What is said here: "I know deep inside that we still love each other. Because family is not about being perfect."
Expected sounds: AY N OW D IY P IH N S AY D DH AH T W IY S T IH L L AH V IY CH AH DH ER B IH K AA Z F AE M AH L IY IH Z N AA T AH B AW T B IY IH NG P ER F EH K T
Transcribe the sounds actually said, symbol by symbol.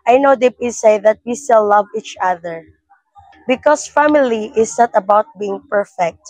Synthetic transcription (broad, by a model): AY N OW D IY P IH S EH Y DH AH T W IY S T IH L L AH V IY CH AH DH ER B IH K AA S F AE M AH L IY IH S N AA T AH B AW T B IY IH NG P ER F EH K T